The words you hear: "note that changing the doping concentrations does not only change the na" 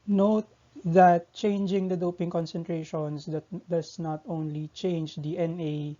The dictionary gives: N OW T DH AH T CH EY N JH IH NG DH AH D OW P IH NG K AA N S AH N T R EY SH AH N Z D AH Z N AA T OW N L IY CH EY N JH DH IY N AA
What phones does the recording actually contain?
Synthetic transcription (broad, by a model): N OW T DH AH T CH EY N JH IH NG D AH D OW P IH NG K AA N S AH N T R EY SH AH N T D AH S N AA T OW N L IY CH EY N JH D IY N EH